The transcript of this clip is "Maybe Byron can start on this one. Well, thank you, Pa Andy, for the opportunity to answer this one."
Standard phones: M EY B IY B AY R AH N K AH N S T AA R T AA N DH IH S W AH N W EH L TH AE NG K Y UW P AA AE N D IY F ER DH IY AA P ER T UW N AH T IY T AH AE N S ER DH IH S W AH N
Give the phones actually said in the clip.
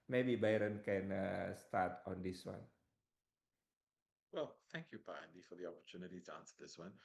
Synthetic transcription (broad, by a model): M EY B IY B AY R AH N K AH N S T AA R T AA N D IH S W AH N W EH L TH AE NG K Y UW P AA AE N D IY F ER DH IY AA P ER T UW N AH T IY T AH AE N S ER DH IH S W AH N